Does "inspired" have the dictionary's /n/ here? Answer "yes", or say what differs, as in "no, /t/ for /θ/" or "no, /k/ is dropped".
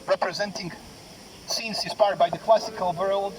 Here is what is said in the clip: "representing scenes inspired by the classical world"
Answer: no, /n/ is dropped